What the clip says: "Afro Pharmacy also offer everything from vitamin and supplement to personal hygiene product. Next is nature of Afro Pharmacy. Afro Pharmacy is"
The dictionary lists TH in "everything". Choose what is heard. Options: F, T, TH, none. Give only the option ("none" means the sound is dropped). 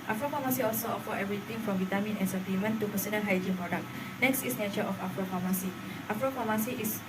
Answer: T